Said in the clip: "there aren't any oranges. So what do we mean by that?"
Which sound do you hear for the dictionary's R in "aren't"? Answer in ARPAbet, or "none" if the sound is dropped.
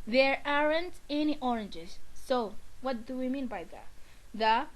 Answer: R